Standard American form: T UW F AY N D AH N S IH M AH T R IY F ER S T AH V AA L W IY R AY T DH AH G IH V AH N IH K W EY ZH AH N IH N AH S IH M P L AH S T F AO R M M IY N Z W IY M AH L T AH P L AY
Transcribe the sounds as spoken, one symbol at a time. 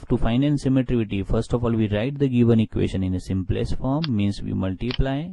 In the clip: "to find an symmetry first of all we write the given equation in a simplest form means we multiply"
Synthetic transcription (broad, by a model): T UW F AY N AH N S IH M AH T R IY F ER S T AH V AA L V IY R AY T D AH G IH V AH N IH K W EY SH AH N IH N AH S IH M P L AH S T F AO R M M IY N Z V IY M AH L T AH P L AY